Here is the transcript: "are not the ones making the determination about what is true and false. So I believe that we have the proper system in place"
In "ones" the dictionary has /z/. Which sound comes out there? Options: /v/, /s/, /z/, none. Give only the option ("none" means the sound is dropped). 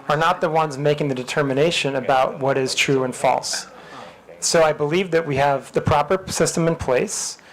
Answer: /z/